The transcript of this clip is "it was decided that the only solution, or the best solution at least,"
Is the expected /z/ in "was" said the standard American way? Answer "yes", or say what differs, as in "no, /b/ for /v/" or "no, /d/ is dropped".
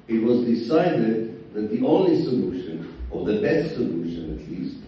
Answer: yes